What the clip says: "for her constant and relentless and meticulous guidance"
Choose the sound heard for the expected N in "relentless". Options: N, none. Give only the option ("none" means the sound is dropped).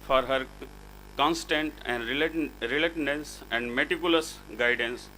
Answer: none